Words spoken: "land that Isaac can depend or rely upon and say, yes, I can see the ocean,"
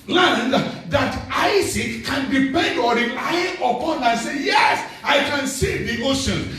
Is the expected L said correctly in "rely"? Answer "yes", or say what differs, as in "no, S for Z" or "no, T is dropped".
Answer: no, L is dropped